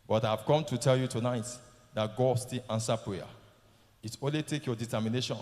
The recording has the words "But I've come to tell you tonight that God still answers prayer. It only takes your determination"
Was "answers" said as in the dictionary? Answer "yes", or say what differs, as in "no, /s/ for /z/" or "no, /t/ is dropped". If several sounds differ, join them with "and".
no, /z/ is dropped